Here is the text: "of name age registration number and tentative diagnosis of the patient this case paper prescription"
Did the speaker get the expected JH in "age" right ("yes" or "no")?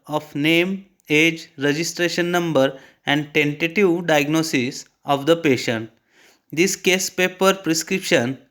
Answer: yes